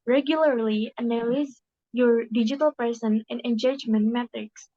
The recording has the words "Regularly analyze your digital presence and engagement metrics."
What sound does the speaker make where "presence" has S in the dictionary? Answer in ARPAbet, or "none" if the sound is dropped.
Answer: none